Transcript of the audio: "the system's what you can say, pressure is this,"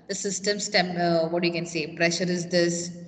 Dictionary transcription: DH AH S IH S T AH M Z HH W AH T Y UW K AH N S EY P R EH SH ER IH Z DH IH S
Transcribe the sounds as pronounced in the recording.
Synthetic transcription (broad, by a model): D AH S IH S T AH M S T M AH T Y UW K AH N S EY P R EH SH ER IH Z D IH S